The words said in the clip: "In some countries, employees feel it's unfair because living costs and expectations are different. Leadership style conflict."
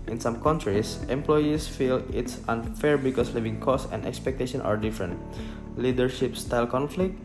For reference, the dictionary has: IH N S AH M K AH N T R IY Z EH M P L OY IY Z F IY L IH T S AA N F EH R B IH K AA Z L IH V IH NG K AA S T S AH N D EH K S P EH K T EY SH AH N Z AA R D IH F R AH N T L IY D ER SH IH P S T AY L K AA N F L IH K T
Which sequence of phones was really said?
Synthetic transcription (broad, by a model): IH N S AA M K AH N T R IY S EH M P L OY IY S F IY L IH T S AA N F EH R B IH K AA S L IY V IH NG K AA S S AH N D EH K S P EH K T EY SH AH N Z AA R D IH F R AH N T L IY D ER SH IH P S T AY L K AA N F L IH K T